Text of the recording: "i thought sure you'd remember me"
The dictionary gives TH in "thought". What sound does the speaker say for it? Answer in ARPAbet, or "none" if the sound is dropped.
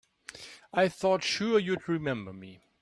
TH